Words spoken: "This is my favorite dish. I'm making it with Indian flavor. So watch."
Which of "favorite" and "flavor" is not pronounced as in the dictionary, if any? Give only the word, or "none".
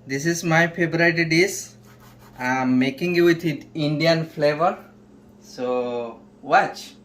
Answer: favorite